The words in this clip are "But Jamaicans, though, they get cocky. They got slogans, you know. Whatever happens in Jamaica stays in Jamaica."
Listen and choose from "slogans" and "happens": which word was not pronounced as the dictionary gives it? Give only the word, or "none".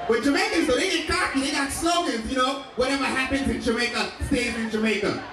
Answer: slogans